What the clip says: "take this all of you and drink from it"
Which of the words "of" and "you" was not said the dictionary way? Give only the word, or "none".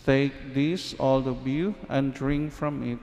of